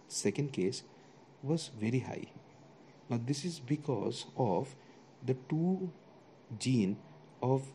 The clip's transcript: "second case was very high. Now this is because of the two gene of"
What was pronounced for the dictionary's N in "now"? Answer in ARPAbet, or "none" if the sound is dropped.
L